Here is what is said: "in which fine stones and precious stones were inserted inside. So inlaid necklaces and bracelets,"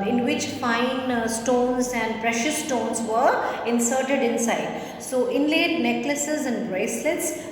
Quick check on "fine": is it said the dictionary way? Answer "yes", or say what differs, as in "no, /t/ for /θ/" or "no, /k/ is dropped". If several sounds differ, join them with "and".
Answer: yes